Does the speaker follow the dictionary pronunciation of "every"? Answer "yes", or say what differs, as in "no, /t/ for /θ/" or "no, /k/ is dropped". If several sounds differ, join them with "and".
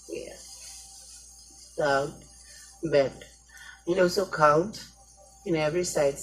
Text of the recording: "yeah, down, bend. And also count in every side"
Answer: yes